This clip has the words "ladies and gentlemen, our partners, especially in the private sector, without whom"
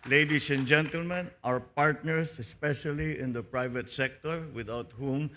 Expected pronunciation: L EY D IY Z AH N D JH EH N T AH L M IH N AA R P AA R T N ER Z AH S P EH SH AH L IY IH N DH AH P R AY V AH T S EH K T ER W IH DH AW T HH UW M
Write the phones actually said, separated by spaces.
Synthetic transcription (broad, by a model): L EY D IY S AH N JH EH N T AH L M IH N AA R P AA R T N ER S AH S P EH SH AH L IY IH N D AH P R AY V AH T S EH K T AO W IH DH AW T HH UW M